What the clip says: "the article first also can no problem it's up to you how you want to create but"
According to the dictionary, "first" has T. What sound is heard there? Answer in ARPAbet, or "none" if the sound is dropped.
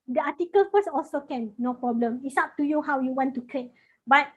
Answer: none